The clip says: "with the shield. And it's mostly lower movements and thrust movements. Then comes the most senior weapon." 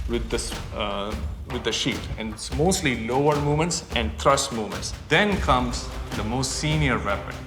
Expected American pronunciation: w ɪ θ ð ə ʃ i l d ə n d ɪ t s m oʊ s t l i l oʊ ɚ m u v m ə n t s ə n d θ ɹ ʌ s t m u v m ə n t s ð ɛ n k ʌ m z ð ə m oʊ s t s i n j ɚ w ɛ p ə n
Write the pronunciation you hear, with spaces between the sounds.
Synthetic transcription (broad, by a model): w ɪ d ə s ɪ d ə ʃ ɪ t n m oʊ s t l i l oʊ ɚ m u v m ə n t s ə n d t ɹ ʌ s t m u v m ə n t s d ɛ n k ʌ m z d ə m oʊ s t s i n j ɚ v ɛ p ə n